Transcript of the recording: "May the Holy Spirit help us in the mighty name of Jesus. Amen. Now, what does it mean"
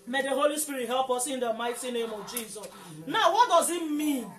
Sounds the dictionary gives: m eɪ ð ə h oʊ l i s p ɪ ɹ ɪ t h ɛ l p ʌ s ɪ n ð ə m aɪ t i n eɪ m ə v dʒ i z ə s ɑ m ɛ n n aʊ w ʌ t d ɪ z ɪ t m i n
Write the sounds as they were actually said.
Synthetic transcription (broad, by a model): m eɪ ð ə h oʊ l i s p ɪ ɹ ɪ t h ɛ l p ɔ s ɪ n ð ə m aɪ t i n eɪ m ə v dʒ i z ə s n n aʊ w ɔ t d ɪ z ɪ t m i n